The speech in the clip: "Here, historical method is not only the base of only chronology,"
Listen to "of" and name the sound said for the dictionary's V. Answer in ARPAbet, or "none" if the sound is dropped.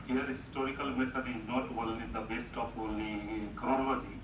P